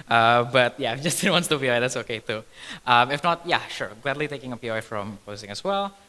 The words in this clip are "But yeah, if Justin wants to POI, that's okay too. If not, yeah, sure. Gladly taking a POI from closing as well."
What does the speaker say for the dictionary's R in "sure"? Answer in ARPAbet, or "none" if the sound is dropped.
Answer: R